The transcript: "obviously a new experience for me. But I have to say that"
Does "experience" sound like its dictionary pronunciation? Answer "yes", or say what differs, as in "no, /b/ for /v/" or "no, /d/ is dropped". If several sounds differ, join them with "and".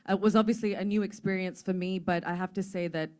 yes